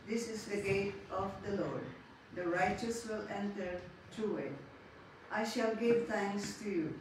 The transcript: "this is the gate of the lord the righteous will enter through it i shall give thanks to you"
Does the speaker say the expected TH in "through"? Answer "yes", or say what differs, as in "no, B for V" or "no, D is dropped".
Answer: no, T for TH